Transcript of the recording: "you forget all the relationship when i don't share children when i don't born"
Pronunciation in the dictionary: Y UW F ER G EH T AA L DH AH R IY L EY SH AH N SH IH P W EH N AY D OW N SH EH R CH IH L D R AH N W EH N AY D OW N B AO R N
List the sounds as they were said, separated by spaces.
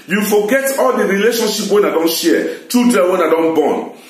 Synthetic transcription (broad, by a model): Y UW F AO G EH T AA L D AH R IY L EY SH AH N SH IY P W EH N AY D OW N SH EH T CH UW D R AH W EH N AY D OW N B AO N